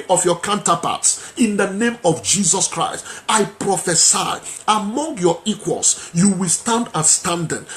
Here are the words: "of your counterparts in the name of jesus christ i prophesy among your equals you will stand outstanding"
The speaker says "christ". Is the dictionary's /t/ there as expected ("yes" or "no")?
yes